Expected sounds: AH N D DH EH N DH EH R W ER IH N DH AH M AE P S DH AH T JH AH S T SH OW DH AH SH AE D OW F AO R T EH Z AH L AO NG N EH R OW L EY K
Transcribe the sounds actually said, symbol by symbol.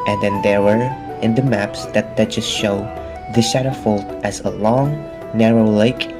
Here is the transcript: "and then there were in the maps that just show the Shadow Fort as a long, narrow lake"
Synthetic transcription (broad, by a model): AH N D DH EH N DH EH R W ER IH N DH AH M AE P S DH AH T JH AH S T SH OW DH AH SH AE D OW F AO L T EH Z AH L AO NG N EH R OW L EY K